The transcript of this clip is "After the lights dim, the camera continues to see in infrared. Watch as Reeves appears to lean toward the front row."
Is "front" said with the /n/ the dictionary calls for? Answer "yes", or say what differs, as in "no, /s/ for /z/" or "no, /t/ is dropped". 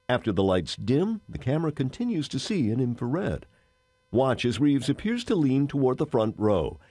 yes